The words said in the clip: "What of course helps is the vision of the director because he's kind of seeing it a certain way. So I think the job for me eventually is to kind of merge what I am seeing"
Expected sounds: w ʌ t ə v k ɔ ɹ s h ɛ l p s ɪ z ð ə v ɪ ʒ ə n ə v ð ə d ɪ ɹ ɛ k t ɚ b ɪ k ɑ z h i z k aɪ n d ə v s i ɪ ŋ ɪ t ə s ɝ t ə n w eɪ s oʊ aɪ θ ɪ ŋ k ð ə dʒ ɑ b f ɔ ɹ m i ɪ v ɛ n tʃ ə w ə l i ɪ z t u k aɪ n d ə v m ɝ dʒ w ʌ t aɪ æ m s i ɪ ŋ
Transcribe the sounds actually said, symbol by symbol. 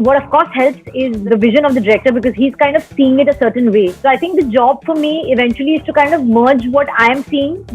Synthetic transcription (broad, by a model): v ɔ t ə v k ɔ ɹ s h ɛ l p s ɪ z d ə v ɪ ʒ ə n ə v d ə d ɪ ɹ ɛ k t ɚ b ɪ k ɑ z h i z k aɪ n d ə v s i ɪ ŋ ɪ t ə s ɝ t ə n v eɪ s oʊ aɪ t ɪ ŋ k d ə dʒ ɑ b f ɔ ɹ m i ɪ v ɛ n tʃ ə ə l i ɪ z t u k aɪ n d ə v m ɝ dʒ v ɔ t aɪ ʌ m s i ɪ ŋ